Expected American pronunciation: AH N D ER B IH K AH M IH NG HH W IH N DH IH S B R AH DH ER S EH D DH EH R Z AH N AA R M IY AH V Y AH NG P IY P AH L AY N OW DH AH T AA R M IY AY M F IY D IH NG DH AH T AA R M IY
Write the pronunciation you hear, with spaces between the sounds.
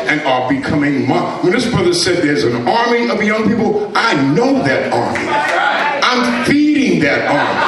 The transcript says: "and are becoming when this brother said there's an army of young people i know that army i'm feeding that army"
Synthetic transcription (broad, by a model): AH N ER B IH K AH M IH NG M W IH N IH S B R AH DH ER S EH D DH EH R Z AH N AA R M IY AH V Y AH NG P IY P L AY N OW DH AH T AA R M IY AY M F IY D IH NG DH AH T AA R M IY